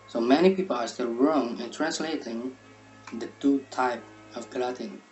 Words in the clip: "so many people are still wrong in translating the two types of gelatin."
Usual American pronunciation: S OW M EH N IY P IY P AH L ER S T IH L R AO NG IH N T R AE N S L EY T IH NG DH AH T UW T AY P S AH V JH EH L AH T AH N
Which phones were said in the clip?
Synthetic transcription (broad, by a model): S OW M EH N IY P IY P AH L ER S T IH L R AO NG IH N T R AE N S L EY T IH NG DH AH T UW T AY P AH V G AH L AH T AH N